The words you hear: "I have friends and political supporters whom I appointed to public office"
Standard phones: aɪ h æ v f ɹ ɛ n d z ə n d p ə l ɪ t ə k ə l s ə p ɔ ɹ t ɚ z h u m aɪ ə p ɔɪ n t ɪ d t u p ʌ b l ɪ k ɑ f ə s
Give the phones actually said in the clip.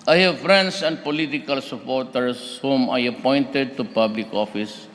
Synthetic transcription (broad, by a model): aɪ h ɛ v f ɹ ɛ n d s ə n d p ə l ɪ t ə k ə l s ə p ɔ ɹ t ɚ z h u m aɪ ə p ɔɪ n t ɪ d t u p ʌ b l ɪ k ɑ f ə s